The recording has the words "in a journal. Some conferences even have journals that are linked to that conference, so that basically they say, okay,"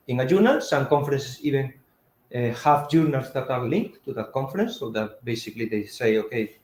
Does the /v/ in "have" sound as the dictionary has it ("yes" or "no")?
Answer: no